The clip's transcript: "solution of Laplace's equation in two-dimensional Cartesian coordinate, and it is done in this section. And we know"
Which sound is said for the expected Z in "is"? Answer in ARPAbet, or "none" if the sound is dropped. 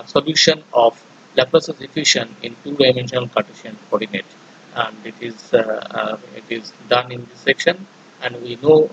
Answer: Z